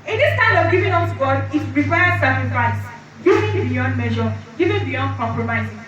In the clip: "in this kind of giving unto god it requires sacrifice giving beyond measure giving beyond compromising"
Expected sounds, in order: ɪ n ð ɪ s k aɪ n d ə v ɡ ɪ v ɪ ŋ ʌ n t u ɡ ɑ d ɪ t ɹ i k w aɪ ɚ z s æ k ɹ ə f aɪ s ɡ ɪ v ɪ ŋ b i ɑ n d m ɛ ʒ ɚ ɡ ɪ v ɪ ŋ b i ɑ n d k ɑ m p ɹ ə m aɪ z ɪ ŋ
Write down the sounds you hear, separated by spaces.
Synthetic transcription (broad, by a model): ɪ n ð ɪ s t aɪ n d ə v ɡ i v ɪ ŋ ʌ t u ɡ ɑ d ɪ t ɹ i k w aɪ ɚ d s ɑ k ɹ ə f aɪ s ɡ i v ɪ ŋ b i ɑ n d m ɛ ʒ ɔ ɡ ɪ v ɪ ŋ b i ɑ n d k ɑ m p ɹ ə m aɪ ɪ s